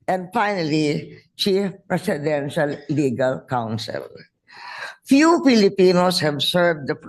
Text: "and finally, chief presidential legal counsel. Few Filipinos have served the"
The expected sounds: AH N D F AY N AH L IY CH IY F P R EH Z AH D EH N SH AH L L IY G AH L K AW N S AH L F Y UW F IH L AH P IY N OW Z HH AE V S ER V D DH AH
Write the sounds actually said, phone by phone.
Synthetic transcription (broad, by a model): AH N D F AY N AH L IY CH IY F P R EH S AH D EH N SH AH L L IY G AH L K AW N S AH L F Y UW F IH L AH P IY N OW S HH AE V S ER V D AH